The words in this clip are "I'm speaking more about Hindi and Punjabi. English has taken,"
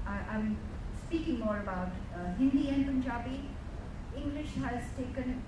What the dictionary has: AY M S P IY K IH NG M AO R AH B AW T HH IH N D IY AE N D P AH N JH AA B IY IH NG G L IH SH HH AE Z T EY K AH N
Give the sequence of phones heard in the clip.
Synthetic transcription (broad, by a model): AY M S P IY K IH NG M AO R AH B AW T HH IH N D IY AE N P AH N JH AA B IY IH NG G L IH SH HH AE Z T EY K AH N